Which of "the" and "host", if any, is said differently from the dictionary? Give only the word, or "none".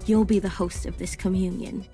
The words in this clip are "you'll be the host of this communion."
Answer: none